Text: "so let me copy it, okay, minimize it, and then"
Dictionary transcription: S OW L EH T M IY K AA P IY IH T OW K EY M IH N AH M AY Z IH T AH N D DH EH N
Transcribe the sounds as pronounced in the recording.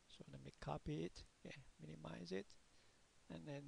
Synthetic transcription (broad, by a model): S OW N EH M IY K AA P IY IH T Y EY M IH N AH M AY Z IH T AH N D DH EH N